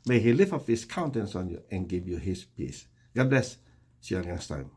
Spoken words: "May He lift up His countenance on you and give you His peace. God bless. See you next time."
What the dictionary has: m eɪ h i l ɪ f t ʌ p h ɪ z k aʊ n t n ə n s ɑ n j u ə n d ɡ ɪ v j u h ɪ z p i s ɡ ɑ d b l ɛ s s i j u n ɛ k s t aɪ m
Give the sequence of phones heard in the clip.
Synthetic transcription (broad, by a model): m eɪ h i l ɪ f ʌ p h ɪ s k aʊ n t ə n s ɑ n j u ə n ɡ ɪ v j u h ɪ s p i s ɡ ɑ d b l ɛ s s i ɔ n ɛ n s t aɪ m